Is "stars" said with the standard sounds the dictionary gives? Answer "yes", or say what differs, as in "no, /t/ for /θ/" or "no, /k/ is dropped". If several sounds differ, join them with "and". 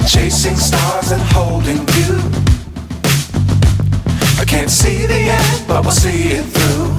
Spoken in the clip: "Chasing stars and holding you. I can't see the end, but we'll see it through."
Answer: yes